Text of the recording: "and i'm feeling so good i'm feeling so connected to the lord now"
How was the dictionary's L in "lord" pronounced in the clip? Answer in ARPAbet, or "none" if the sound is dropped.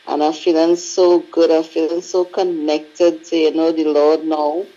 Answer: N